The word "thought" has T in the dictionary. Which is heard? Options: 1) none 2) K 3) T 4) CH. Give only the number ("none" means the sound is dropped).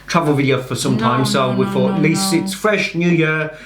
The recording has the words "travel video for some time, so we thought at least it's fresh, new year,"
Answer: 1